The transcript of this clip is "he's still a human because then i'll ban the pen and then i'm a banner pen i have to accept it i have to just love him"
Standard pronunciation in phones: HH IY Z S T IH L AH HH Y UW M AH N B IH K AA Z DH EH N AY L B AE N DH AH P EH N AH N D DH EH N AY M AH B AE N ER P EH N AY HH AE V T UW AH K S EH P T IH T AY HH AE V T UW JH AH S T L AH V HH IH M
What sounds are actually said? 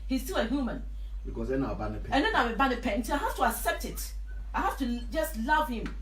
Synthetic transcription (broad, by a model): HH IY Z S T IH L AH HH Y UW M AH N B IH K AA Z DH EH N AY W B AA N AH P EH AH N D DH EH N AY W AH B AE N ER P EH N AY HH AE F T UW AH K S EH P T IH T AY HH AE F T UW JH AH S T L AH V HH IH M